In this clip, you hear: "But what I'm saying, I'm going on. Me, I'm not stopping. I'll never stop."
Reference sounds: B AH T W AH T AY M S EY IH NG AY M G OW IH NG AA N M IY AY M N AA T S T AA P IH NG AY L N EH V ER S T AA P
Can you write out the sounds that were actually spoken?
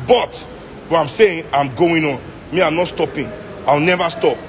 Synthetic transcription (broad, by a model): B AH T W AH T AY M S EY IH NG AY M G OW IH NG AA N M IY AY M N AA T S T AA P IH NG AY W N EH V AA S T AA P